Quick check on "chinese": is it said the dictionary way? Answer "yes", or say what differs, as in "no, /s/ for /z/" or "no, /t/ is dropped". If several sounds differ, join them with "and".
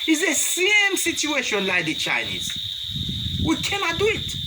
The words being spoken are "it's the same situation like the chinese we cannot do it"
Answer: yes